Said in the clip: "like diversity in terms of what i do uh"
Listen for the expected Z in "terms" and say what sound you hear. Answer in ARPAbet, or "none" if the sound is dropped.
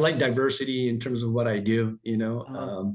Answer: Z